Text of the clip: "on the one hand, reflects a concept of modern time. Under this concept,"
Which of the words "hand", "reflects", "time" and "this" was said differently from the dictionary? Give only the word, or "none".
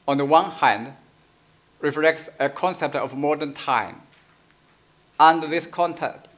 none